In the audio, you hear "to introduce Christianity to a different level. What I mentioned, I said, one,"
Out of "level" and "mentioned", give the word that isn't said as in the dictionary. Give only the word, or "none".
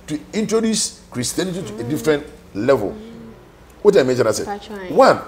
mentioned